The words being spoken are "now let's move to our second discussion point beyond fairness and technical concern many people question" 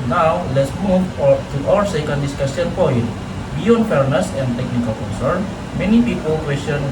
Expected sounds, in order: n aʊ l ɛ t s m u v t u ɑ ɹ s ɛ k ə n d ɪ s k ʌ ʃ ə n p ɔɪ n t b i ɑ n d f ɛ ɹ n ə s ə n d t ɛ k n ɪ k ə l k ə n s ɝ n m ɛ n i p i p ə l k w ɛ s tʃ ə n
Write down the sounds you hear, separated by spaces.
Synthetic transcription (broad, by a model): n aʊ l ɛ t s m u v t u ɑ ɹ s ɛ k ə n d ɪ s k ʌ s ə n p ɔɪ n t b i ɑ n d f ɛ ɹ n ə s ə n d t ɛ k n ɪ k ə l k ə n s ɝ n m ɛ n i p i p ə l k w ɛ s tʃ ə n